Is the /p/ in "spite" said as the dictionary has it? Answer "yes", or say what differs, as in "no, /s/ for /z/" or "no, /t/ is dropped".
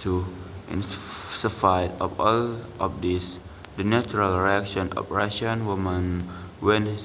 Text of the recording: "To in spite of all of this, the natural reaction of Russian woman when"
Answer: no, /f/ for /p/